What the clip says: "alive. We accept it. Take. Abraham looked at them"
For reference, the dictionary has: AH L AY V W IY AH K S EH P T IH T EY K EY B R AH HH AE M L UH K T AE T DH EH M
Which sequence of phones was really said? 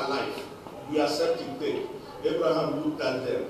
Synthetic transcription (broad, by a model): L AY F W IY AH S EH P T IH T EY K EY B R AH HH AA M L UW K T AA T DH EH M